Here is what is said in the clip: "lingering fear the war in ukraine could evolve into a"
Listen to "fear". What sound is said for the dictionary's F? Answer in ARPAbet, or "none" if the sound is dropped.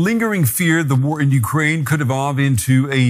F